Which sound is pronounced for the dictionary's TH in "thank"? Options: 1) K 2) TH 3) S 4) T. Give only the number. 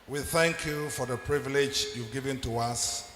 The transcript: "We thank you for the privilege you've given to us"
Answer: 2